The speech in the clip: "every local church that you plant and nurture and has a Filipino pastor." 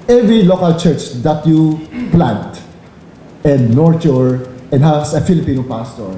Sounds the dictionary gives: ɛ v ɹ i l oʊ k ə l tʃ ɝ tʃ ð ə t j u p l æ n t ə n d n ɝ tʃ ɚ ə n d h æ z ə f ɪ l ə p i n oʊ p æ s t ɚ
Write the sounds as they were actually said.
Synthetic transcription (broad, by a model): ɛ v ɹ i l oʊ k ə l tʃ ɝ tʃ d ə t j u p l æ n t ə n d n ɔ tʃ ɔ ə n d h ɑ s ə f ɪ l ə p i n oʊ p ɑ s t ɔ